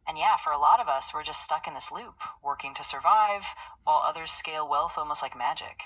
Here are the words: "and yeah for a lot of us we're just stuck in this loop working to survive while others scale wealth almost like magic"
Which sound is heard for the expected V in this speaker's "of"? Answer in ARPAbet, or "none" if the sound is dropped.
V